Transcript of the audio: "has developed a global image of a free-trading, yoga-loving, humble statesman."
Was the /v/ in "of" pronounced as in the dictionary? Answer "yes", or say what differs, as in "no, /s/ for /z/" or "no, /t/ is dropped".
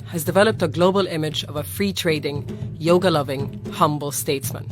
yes